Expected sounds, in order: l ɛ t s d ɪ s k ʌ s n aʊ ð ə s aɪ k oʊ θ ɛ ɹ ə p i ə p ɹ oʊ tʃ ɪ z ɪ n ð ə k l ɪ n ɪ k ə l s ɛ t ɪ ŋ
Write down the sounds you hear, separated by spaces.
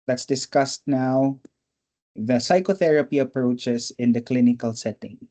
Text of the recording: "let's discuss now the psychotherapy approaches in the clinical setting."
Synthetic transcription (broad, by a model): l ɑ t s d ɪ s k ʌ s n aʊ ð ə s aɪ k oʊ θ ɛ ɹ ə p i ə p ɹ oʊ tʃ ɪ s ɪ n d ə k l ɪ n ɪ k ə l s ɛ t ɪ ŋ